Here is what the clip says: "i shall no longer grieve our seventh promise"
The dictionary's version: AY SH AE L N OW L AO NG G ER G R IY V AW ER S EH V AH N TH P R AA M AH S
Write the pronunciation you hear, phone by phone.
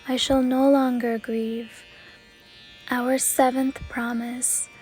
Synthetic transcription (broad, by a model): AY SH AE L N OW L AO NG G ER G R IY V AW ER S EH V AH N TH P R AA M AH S